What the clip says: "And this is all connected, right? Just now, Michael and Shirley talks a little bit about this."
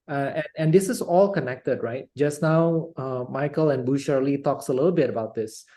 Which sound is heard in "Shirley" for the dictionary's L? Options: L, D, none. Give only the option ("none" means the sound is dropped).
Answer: L